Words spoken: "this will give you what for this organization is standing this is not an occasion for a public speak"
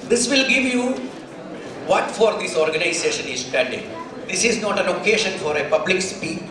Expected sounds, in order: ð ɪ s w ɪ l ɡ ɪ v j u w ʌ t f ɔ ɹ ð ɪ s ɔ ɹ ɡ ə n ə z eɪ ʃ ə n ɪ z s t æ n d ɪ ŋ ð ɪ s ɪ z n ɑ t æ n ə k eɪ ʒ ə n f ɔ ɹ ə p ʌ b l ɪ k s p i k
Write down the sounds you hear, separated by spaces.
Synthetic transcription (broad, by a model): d ɪ s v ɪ l ɡ ɪ v j u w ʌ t f ɔ ɹ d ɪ s ɔ ɹ ɡ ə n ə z eɪ ʃ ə n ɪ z s t æ n d ɪ ŋ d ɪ s ɪ z n ɑ t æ n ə k eɪ ʃ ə n f ɔ ɹ ə p ʌ b l ɪ k s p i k